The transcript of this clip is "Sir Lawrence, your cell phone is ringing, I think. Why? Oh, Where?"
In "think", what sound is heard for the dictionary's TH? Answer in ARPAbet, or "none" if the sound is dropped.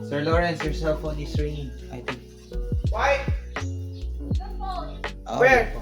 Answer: T